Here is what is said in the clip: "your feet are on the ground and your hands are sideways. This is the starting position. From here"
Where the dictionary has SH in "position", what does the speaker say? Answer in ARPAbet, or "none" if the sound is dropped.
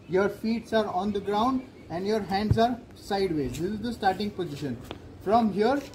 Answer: SH